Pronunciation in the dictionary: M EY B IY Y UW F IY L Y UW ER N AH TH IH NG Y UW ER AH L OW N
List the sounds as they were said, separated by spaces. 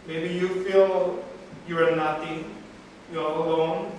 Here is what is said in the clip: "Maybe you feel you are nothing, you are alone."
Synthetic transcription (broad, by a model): M EY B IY Y UW F IY L Y UW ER N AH T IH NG Y UW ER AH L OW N